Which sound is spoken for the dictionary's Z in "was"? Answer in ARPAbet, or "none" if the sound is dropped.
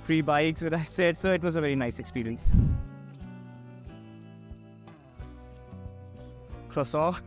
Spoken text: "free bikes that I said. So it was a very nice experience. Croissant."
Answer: Z